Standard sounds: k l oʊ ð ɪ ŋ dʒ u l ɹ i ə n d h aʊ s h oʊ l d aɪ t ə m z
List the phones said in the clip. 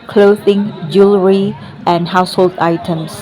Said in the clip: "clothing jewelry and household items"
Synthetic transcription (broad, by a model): k l oʊ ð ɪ ŋ dʒ u l ɹ i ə n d h aʊ s h oʊ l d aɪ t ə m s